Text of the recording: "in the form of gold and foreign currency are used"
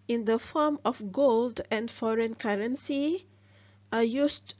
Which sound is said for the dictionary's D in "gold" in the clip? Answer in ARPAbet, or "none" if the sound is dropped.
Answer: D